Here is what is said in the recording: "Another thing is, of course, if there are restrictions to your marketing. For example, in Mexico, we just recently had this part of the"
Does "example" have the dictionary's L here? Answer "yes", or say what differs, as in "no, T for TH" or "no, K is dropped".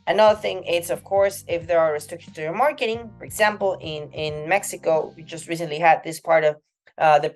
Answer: no, N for L